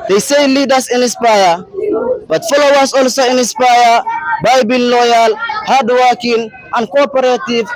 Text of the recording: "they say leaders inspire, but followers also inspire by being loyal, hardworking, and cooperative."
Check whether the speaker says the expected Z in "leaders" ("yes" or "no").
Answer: no